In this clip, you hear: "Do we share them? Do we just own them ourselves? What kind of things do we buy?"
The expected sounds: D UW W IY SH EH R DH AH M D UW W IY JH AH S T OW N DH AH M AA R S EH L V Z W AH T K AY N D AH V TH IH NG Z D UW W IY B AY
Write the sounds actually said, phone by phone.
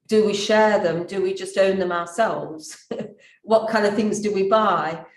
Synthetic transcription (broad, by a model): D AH W IY SH EH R DH AH M D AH W IY JH AH S T OW N DH AH M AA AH S EH L V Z W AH T K AY N D AH V TH IH NG Z D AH W IY B AY